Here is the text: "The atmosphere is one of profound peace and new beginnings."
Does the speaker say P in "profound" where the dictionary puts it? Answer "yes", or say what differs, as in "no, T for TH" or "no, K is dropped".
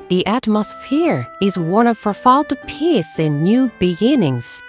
no, F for P